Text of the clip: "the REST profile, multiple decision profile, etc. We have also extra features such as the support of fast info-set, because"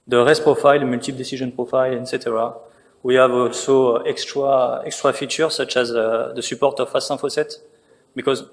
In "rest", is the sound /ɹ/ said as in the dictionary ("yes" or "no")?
yes